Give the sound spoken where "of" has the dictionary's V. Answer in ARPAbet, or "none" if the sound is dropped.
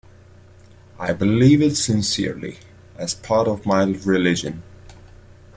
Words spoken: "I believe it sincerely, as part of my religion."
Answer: V